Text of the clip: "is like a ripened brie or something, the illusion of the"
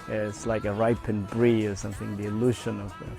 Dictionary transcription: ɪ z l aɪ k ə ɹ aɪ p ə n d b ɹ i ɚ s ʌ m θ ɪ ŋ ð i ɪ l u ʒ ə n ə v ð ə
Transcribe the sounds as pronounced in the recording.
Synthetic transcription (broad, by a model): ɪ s l aɪ k ə ɹ aɪ p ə n b ɹ i ɚ s ʌ m θ ɪ ŋ ð i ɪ l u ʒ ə n ə v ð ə